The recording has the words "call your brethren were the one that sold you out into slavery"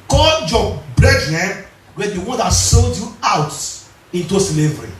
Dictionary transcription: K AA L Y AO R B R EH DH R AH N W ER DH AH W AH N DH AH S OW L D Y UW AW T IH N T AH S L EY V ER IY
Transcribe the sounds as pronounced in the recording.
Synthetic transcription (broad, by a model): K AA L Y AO B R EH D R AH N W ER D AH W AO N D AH S OW L D Y UW AW T IH N T AH S L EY V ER IY